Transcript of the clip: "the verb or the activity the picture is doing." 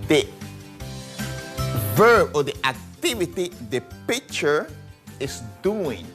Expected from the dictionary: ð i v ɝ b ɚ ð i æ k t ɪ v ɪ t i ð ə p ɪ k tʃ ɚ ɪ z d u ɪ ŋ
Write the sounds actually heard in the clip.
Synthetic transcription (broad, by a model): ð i v ɝ b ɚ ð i æ k t ɪ v ɪ t i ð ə p ɪ k tʃ ɚ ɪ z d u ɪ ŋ